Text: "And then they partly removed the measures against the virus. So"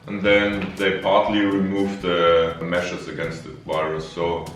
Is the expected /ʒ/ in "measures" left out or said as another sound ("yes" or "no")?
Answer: yes